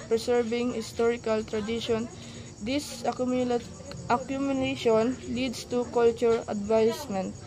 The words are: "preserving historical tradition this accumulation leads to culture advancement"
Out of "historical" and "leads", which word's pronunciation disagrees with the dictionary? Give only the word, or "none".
leads